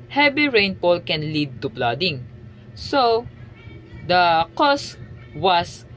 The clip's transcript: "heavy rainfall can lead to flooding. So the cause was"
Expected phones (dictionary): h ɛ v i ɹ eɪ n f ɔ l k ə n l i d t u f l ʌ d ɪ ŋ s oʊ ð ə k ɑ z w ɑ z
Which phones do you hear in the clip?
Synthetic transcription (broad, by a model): h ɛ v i ɹ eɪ n p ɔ l k ə n l i d t u p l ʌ d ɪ ŋ s oʊ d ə k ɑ s w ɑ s